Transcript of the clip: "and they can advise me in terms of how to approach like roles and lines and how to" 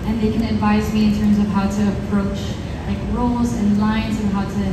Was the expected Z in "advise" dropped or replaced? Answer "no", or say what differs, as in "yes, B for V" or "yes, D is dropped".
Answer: no